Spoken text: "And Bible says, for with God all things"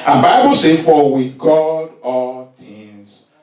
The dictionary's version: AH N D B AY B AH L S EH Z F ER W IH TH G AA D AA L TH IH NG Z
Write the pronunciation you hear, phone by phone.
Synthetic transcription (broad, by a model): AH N B AY B AH L S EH F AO W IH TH G AA D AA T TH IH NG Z